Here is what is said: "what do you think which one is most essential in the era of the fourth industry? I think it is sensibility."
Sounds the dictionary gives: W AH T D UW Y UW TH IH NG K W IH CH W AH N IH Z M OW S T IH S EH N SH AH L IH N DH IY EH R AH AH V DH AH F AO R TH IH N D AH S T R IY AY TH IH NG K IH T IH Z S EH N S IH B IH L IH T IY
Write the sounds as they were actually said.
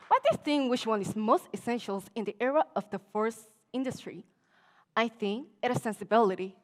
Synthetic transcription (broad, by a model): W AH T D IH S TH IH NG W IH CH W AH N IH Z M OW S T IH S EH N SH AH L IH N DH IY EH R AH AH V DH AH F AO R S IH N D AH S T R IY AY TH IH NG K IH T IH S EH N S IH B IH L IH T IY